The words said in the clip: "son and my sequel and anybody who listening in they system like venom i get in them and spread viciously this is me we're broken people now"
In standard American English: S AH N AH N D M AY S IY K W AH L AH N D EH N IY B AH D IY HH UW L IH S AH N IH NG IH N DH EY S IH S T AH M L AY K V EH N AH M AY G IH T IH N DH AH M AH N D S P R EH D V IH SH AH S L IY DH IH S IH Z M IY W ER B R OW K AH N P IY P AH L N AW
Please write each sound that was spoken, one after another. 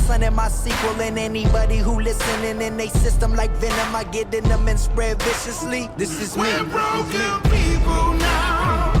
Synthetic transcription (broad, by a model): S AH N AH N M AY S IY K W AH L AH N EH N IY B AH D IY HH UW L IH S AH N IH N IH N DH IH S IH S T AH M L AY K V EH N AH M AY G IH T IH N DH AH M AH N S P R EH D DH IH S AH S L IY DH IH S IH Z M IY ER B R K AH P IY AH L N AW